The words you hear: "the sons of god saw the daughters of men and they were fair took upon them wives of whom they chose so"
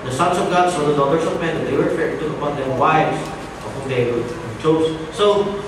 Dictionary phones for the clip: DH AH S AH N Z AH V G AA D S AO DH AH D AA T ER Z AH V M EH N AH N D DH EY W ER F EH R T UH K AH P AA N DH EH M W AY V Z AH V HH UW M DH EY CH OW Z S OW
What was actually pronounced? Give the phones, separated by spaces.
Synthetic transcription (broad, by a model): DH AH S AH N S AH V G AA D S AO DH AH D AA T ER S AH V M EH N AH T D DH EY W ER F EH R T UH K AH P AA N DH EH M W AY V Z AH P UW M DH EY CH OW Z S OW